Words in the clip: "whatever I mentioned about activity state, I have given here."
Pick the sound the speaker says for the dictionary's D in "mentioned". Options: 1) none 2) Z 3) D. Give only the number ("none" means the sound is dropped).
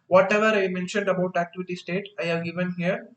3